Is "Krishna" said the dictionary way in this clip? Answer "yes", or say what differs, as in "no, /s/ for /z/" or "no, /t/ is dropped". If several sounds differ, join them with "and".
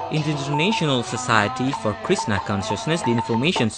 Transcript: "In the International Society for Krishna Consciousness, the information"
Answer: no, /s/ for /ʃ/